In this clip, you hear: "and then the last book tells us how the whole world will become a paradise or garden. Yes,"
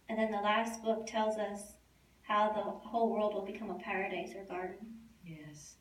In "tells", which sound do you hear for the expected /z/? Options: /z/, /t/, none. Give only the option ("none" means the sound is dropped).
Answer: /z/